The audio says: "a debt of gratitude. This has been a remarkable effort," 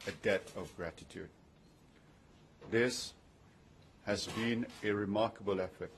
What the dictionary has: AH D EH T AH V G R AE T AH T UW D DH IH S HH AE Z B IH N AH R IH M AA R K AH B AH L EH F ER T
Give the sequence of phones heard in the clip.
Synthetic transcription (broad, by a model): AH D EH T AH V G R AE T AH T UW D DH IH S HH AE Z B IH N AH R IH M AA R K AH B AH L EH F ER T